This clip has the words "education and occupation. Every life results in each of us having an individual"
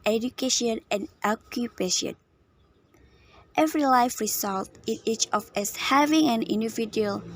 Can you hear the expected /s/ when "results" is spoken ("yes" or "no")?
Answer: no